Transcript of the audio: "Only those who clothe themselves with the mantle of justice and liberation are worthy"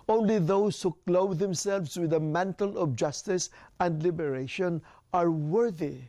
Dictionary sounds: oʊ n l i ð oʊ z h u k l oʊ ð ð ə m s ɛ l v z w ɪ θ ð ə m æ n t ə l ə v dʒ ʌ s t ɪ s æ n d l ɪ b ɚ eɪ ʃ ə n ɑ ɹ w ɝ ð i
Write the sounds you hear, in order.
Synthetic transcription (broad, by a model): oʊ n l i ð oʊ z h u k l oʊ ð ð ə m s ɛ l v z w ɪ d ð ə m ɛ n t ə l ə b dʒ ʌ s t ɪ s æ n d l ɪ b ɚ eɪ ʃ ə n ɑ ɹ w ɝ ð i